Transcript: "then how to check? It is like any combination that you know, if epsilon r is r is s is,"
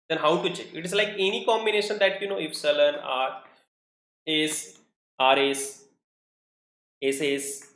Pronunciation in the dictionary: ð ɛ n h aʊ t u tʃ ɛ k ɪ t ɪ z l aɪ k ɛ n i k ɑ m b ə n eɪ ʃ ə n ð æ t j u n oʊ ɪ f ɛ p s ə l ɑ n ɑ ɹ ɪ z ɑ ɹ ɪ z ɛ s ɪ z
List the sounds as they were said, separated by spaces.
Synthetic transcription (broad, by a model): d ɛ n h aʊ t u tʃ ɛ ɪ t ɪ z l aɪ k ɛ n i k ɑ m b ə n eɪ ʃ ə n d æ t j u n oʊ ɪ f s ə l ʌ n ɑ ɹ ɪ s ɑ ɹ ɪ s ɛ s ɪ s